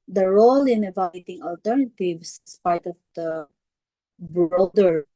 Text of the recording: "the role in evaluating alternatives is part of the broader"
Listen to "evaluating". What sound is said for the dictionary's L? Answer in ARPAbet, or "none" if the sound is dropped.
none